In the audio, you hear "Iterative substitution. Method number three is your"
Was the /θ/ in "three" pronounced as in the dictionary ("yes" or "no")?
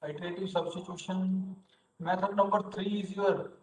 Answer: no